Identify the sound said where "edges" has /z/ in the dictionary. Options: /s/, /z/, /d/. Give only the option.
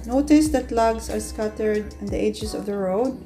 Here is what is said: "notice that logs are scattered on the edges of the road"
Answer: /s/